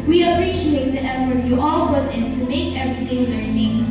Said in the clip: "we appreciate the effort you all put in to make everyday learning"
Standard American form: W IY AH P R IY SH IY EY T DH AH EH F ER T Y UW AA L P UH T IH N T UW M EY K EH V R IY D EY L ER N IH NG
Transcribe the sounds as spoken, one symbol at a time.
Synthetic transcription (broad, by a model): W IY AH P R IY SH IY EY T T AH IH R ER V Y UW AA L B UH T IH N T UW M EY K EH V R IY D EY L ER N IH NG